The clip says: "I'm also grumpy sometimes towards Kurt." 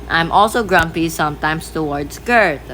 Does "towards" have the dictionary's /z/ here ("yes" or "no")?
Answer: no